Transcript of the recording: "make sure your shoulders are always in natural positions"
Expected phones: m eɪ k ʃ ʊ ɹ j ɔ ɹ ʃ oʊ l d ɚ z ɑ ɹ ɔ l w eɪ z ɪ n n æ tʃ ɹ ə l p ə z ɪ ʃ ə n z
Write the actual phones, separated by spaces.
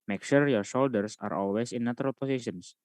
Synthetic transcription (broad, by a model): m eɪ k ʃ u ɹ j ɔ ɹ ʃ oʊ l d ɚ s ɑ ɹ ɔ l w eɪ s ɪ n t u ɹ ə l p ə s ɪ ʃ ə n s